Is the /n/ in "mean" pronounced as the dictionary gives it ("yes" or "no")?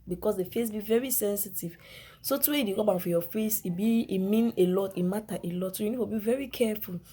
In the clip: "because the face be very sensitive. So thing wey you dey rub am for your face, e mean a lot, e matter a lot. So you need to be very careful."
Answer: yes